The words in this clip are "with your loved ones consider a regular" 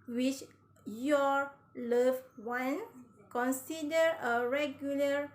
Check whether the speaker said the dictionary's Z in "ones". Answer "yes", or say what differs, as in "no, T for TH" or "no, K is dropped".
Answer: no, Z is dropped